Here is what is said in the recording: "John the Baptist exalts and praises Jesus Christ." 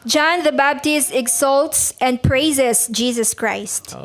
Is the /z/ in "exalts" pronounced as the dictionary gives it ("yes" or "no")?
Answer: no